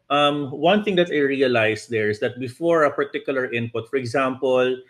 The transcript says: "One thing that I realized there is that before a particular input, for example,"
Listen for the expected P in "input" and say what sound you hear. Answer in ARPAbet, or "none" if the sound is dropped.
P